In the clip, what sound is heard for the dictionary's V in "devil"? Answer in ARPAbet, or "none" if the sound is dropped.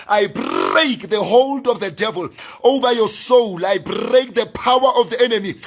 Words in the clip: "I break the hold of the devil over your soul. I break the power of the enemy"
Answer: V